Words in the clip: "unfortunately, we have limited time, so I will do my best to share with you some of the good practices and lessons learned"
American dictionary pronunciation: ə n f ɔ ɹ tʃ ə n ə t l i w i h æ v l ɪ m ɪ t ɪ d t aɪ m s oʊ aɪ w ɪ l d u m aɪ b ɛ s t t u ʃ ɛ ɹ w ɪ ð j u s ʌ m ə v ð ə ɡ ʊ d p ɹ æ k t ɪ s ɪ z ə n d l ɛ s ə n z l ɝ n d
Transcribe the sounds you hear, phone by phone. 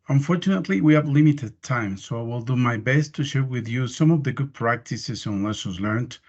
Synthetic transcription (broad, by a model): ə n f ɔ ɹ tʃ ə n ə t l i w i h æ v l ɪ m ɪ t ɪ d t aɪ m s oʊ aɪ w ɪ l d u m aɪ b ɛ s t t u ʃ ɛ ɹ w ɪ ð j u s ʌ m ə v ð ə ɡ ʊ d p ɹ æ k t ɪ s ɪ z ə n l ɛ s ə z l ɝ n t